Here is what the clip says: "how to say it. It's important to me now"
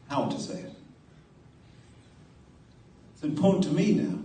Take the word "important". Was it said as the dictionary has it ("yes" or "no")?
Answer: no